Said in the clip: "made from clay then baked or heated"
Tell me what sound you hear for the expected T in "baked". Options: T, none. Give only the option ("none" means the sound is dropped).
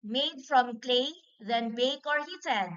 none